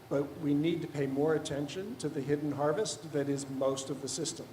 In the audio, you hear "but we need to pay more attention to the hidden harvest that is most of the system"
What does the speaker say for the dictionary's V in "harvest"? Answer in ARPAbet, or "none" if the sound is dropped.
V